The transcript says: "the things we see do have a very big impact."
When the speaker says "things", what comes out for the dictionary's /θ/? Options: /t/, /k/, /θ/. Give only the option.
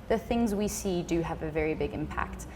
/θ/